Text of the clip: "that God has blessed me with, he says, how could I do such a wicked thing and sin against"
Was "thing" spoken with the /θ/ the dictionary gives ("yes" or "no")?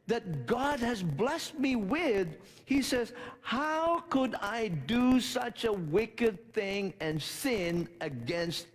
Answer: yes